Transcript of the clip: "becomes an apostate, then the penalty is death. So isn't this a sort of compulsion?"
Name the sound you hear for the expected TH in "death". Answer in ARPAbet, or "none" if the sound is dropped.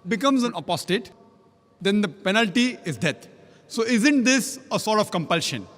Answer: T